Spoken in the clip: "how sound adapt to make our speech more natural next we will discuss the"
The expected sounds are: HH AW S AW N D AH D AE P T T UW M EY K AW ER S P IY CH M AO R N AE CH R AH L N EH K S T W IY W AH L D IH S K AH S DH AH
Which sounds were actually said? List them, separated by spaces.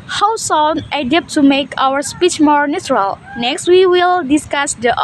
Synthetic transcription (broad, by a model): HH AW S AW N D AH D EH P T T UW M EY K AW ER S P IY CH M AO R N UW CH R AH L N EH K S T W IY W AH L D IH S K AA S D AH